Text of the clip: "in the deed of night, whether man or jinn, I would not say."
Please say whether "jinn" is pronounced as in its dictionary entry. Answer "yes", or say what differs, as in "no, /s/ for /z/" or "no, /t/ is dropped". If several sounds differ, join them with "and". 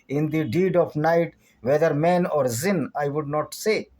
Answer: no, /z/ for /dʒ/